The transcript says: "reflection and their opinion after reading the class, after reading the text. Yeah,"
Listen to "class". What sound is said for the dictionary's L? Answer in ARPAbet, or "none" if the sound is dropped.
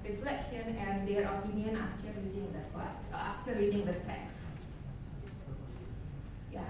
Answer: none